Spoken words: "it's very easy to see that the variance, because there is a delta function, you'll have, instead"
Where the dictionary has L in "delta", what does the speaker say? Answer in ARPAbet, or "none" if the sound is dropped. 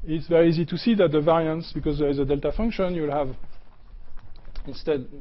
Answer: L